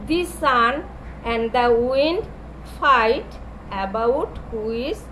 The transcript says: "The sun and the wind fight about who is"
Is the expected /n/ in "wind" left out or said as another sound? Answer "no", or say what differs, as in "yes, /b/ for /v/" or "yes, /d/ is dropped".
no